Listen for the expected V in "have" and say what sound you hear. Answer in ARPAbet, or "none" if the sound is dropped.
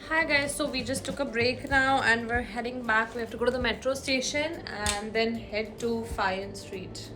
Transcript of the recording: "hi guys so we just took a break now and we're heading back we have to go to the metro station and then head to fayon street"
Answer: F